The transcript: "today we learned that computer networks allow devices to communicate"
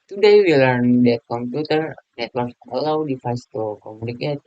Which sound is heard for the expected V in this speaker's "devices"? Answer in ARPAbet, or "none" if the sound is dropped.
F